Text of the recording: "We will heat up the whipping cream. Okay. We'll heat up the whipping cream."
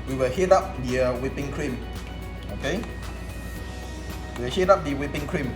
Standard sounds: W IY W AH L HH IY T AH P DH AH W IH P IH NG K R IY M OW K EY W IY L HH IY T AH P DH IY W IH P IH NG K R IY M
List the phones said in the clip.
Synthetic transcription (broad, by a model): W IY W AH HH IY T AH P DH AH W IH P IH NG K R IY M OW K EY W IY W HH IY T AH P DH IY W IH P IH NG K R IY M